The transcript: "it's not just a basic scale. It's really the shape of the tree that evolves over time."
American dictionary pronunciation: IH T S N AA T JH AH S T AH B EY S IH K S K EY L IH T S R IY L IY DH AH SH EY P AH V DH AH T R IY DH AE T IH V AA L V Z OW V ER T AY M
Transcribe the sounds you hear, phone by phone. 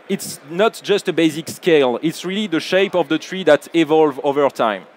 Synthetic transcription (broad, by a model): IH T S N AA T JH AH S T AH B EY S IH K S K EY L IH T S R IY L IY DH AH SH EY P AH V DH AH T R IY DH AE T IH V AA L V OW V ER T AY M